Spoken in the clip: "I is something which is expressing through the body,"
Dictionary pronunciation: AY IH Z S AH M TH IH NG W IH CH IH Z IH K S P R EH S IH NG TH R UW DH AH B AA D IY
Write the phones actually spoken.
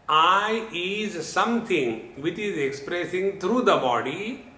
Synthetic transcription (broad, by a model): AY IH Z S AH M T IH NG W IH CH IH Z IH K S P R EH S IH NG T R UW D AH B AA D IY